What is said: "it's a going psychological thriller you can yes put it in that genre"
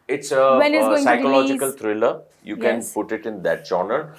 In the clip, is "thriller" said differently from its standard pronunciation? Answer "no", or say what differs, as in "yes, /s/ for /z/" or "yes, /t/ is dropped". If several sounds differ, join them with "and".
yes, /t/ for /θ/